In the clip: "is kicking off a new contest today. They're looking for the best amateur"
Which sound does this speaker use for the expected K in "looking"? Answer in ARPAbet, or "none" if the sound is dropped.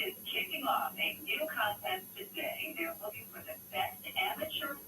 none